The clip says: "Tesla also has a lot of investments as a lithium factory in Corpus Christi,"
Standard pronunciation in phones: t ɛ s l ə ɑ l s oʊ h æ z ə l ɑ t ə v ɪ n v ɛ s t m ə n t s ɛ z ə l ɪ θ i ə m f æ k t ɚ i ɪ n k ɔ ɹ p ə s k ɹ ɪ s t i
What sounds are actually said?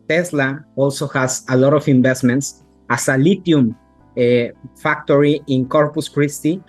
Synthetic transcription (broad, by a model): t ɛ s l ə ɑ l s oʊ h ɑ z ə l ɑ t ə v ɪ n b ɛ s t m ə n t s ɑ s ə l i t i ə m f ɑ k t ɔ i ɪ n k ɔ ɹ p ə s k ɹ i s t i